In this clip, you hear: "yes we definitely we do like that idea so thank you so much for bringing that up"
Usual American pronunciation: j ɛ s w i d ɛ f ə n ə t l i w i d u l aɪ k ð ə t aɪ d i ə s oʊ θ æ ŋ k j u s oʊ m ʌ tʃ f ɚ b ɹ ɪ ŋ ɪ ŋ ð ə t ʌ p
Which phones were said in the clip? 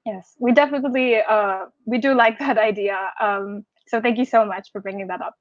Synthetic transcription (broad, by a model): j ɛ s w i d ɛ f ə n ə t l i w i d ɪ l aɪ k ð ə t aɪ d i ə s oʊ θ æ ŋ k j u s oʊ m ʌ tʃ f ɚ b ɹ ɪ ŋ ɪ ŋ ð ə t ʌ p